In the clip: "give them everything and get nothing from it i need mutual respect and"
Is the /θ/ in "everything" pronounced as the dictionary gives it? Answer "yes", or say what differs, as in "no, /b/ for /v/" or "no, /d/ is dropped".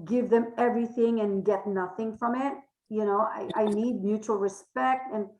yes